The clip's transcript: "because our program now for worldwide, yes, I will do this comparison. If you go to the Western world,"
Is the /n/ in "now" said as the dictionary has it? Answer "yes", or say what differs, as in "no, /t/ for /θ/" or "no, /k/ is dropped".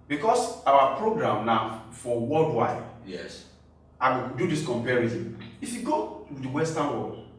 no, /l/ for /n/